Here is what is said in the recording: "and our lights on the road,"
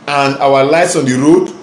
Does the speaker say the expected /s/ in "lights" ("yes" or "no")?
yes